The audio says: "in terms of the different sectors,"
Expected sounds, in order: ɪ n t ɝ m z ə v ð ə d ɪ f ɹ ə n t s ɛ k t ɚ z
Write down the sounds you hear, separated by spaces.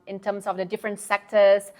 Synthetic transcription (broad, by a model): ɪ n t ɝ m s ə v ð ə d ɪ f ɹ ə n t s ɛ k t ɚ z